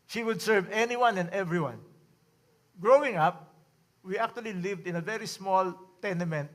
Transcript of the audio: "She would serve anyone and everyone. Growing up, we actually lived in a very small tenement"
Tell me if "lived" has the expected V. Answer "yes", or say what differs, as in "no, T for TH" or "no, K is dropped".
yes